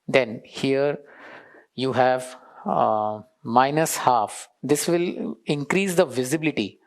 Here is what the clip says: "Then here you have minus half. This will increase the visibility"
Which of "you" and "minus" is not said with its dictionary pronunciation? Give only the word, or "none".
none